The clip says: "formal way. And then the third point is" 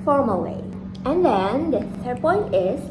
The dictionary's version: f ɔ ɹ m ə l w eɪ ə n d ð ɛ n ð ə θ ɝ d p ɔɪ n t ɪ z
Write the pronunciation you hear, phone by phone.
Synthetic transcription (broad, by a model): f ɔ ɹ m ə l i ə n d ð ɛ n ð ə s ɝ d p ɔɪ n t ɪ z